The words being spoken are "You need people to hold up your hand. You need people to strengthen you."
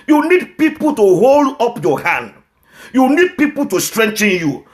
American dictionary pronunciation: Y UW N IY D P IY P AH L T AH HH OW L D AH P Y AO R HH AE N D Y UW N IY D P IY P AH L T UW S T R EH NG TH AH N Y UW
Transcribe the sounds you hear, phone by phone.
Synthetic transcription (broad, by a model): Y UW N IY D P IY P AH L T AH HH OW L D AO P Y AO HH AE N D Y UW N IY D P IY P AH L T UW S T R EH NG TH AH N Y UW